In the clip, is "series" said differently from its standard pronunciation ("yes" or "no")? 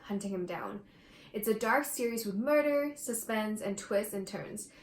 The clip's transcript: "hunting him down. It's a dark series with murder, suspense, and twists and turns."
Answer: no